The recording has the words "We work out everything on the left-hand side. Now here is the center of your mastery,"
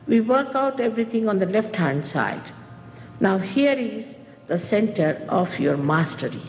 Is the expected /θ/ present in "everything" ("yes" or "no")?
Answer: no